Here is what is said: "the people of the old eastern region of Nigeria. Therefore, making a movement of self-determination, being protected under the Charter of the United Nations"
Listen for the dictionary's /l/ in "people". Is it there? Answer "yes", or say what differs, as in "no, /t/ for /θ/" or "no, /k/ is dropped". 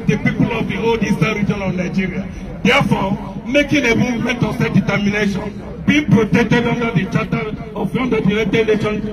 yes